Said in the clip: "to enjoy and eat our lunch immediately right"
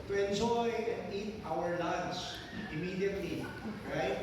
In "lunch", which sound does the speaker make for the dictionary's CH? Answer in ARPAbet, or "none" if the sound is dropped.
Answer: S